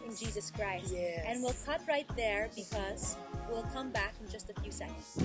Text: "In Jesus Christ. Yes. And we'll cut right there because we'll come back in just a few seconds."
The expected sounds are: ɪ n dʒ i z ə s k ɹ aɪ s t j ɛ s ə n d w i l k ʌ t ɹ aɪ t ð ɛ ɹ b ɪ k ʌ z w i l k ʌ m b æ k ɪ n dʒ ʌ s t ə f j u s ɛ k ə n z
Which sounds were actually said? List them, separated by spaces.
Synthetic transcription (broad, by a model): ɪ n dʒ i z ə s k ɹ aɪ s t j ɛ ə n w i l k ʌ t ɹ aɪ t ð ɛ ɹ b ɪ k ʌ z w i l k ʌ m b æ k ɪ n dʒ ʌ s t ə f j u s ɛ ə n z